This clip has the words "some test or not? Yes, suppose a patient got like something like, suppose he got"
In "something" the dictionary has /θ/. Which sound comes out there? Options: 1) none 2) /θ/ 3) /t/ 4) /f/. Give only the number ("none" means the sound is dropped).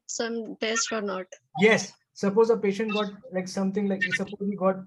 3